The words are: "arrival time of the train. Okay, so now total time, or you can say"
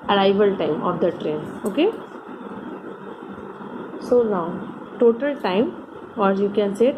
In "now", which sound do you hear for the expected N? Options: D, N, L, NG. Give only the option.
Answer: L